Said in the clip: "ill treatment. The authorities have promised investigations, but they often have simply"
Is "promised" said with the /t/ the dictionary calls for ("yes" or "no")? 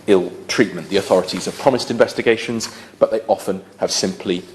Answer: yes